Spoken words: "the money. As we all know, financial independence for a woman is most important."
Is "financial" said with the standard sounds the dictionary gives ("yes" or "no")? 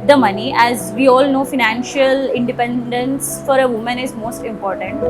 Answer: yes